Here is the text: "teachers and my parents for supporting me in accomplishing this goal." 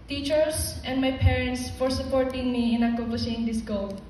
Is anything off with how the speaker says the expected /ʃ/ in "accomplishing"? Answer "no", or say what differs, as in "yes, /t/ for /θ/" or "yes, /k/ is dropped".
yes, /s/ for /ʃ/